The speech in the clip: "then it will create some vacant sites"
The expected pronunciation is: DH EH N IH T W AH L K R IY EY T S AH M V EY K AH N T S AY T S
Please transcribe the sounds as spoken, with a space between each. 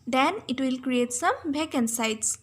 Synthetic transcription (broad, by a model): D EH N IH T W AH L K R IY EY T S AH M B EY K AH N S AY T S